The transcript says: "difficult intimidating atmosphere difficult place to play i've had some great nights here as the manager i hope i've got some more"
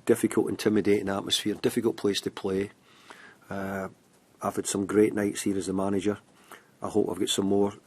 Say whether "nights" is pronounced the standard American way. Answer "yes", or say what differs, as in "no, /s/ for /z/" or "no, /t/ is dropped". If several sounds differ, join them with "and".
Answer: yes